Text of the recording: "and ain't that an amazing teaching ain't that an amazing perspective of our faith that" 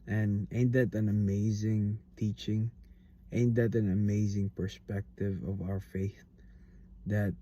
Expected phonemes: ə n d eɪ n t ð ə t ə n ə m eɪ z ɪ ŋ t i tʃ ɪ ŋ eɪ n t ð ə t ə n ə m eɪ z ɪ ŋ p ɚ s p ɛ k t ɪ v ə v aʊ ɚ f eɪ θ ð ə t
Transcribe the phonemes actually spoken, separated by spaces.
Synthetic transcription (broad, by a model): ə n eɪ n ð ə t ə n ə m eɪ z ɪ ŋ t i tʃ ɪ ŋ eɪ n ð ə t ə n ə m eɪ z ɪ ŋ p ɚ s p ɛ k t ɪ v ə v aʊ ɚ f eɪ θ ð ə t